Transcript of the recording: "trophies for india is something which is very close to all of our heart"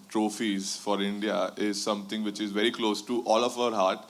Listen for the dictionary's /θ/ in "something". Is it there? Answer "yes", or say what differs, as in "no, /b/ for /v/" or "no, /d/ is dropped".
no, /t/ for /θ/